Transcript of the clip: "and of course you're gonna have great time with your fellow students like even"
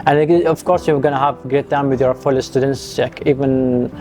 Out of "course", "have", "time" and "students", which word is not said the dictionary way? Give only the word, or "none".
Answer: none